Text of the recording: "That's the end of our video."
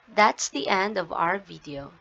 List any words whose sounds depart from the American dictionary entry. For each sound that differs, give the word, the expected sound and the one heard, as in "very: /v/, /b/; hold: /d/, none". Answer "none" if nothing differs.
none